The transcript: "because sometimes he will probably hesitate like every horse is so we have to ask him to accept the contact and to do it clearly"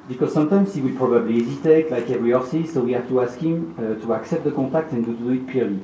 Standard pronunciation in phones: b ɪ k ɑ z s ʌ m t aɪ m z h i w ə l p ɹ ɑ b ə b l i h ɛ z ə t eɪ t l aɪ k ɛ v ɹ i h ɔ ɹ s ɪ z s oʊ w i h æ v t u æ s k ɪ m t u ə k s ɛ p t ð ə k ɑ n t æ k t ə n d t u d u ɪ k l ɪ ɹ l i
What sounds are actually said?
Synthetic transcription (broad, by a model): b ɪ k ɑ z s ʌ m t aɪ m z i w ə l p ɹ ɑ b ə b l i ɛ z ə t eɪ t l aɪ k ɛ v ɹ i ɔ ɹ s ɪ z s oʊ w i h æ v t u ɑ s k ɪ m t u ə k s ɛ p t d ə k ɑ t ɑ k t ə n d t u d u ɪ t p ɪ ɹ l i